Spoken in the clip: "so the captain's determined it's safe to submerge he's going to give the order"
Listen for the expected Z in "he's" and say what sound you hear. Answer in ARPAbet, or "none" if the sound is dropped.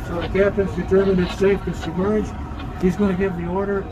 Z